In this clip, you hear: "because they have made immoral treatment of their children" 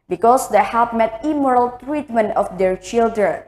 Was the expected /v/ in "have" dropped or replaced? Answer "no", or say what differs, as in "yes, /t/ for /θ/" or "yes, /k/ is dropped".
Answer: yes, /p/ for /v/